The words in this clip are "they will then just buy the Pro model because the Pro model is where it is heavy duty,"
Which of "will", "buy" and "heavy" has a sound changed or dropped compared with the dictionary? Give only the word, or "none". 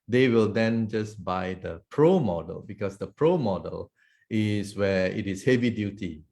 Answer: none